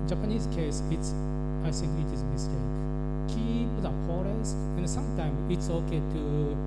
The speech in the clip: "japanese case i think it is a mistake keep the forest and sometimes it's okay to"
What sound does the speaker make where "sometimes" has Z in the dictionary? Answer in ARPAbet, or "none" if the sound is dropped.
none